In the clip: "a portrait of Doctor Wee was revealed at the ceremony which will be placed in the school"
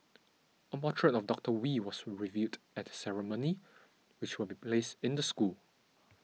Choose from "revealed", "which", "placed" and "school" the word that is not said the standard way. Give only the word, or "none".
revealed